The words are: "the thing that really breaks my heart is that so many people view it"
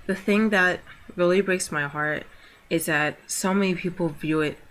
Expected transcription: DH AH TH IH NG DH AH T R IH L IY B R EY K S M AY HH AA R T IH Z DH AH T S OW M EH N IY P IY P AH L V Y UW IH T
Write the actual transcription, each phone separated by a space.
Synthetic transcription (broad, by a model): DH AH TH IH NG DH AH T R IH L IY B R EY K S M AY HH AA R T IH Z DH AH T S OW M EH N IY P IY P L V Y UW IH T